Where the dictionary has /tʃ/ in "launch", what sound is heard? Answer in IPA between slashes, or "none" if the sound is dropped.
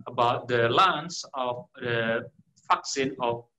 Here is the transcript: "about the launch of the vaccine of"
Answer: /s/